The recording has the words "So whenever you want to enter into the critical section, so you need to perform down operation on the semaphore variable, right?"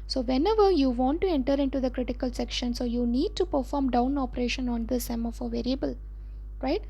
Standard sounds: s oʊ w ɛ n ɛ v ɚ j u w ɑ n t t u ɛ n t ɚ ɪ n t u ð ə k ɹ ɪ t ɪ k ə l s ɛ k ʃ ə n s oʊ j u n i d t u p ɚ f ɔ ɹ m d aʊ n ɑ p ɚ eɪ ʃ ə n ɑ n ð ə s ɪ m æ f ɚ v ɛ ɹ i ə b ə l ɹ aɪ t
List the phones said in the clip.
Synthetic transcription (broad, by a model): s oʊ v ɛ n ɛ v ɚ j u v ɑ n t t u ɛ n t ɚ ɪ n t u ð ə k ɹ ɪ t ɪ k ə l s ɛ k ʃ ə n s oʊ j u n i d t u p ɚ f ɔ ɹ m d aʊ n ɑ p ɚ eɪ ʃ ə n ɑ n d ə s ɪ m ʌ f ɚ v ɛ ɹ i ə b ə l ɹ aɪ t